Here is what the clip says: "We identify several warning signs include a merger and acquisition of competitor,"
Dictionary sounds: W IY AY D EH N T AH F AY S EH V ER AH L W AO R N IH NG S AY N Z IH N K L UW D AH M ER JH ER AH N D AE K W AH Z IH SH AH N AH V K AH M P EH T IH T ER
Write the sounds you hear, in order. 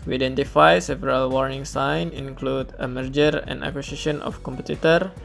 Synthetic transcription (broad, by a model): W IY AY D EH N T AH F AY S EH V ER AH L W AO R N IH NG S AY N IH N K L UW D AH M ER JH ER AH N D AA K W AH S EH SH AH N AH F K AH M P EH T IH T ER